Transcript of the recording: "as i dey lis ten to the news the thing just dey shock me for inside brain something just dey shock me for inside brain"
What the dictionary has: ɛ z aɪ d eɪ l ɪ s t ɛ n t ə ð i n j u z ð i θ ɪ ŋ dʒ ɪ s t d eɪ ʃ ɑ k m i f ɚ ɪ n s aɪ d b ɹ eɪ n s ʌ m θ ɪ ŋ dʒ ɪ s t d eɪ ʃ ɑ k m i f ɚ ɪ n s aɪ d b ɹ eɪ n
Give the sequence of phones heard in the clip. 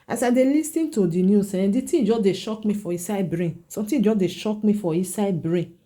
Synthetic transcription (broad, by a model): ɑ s aɪ d eɪ l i s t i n t ə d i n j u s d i t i dʒ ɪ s d eɪ ʃ ɑ k m i f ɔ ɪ s aɪ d b ɹ eɪ n s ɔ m t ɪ dʒ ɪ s d eɪ ʃ ɑ k m i f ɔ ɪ s aɪ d b ɹ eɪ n